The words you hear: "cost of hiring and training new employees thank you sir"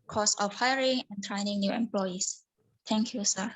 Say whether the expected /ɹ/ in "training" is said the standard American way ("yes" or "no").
yes